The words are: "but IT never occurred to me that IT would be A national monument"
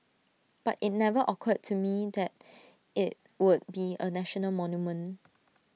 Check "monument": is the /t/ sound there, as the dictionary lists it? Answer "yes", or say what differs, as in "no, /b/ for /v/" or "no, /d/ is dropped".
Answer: no, /t/ is dropped